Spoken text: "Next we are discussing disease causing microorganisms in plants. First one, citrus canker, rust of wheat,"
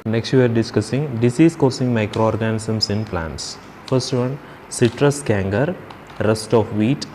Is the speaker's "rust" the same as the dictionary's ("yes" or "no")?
yes